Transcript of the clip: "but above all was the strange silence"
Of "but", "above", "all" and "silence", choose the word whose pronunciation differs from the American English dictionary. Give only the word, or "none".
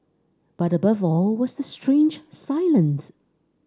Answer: none